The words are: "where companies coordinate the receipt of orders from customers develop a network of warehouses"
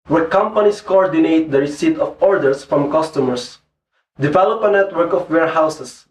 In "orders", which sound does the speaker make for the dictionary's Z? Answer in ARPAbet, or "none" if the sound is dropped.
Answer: S